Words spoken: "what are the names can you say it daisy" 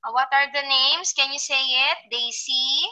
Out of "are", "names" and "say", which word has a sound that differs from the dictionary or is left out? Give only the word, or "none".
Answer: names